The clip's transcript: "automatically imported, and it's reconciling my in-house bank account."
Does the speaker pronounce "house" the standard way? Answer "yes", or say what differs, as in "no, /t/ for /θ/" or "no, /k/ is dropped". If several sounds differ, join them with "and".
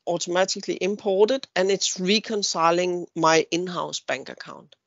yes